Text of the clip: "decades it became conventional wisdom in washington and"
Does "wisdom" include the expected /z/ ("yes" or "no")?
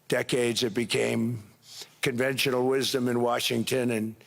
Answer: yes